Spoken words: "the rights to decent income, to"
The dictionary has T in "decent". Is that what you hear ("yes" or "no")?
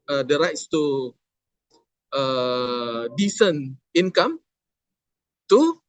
no